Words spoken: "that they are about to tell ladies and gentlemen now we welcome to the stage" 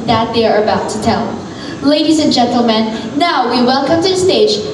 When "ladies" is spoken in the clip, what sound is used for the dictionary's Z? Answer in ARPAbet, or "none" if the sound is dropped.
Z